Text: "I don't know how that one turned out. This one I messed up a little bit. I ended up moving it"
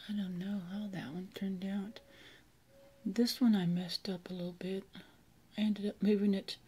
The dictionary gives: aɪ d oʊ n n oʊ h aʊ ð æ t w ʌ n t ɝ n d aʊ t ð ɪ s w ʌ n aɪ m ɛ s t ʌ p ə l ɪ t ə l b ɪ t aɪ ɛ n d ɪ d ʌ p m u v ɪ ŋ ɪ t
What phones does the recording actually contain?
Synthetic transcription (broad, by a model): aɪ d oʊ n n oʊ h aʊ ð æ t w ʌ n t ɝ n d aʊ t ð ɪ s w ʌ n aɪ m ɛ s t ʌ p ə l ɪ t l b ɪ t aɪ ɛ n d ɪ d ʌ p m u v ɪ ŋ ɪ t